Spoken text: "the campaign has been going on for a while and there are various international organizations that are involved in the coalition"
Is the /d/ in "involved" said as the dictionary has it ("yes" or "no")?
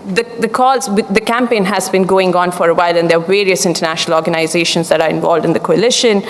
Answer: yes